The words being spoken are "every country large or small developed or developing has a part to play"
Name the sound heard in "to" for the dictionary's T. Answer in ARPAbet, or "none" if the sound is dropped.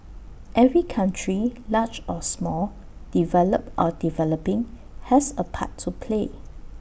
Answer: T